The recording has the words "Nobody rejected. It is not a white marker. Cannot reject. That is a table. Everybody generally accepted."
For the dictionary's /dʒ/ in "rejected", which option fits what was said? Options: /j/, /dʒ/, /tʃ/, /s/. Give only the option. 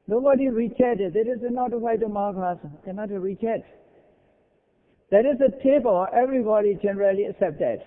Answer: /tʃ/